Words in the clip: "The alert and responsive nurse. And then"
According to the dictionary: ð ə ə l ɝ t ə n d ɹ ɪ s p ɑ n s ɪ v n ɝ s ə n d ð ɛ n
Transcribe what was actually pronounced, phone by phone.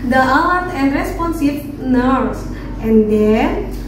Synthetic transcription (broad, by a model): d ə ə w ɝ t ə n d ɹ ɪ s p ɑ n s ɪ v n ɝ s ə n d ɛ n